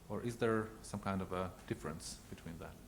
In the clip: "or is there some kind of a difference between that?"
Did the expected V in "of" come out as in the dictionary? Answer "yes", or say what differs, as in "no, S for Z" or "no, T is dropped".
yes